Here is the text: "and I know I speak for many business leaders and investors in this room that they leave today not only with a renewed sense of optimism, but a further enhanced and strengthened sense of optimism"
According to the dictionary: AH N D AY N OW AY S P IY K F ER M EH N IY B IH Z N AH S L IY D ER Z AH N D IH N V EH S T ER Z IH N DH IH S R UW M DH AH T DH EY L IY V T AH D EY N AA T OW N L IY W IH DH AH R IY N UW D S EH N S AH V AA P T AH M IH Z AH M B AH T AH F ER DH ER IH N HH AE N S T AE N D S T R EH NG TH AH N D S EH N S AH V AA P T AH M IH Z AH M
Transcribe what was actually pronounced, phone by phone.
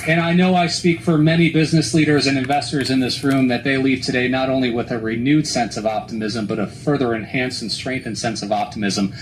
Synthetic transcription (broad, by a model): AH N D AY N OW AY S P IY K F ER M EH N IY B IH Z N AH S L IY D ER Z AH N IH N V EH S T ER Z IH N DH IH S R UW M DH AH T DH EY L IY V T AH D EY N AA T OW N L IY W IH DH AH R IY N UW D S EH N S AH V AA P T AH M IH Z AH M B AH T AH F ER DH ER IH N HH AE N S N S T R EH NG TH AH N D S EH N S AH V AA P T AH M IH Z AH M